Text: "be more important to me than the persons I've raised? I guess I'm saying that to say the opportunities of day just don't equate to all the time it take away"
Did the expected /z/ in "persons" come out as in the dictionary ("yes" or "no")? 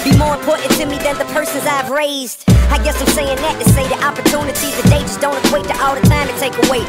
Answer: yes